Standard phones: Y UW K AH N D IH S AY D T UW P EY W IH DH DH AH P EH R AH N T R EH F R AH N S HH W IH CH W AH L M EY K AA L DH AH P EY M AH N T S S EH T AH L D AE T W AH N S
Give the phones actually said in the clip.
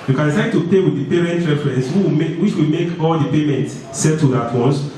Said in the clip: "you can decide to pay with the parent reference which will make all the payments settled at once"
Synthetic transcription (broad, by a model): Y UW K AH N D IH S AY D T UW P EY W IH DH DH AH P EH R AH N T R EH F R AH N S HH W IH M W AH W M EY K AA L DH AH P EY M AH N T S S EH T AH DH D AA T W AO N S